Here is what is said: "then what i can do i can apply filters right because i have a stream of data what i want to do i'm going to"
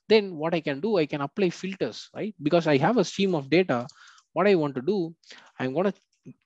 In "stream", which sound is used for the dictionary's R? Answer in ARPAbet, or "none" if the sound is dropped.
none